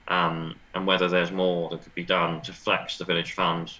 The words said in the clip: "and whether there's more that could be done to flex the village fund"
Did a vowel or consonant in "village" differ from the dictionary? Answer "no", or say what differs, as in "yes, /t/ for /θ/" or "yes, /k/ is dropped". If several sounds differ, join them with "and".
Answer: no